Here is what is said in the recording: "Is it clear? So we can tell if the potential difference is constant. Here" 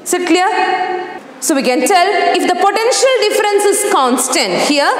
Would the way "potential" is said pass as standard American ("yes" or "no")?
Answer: yes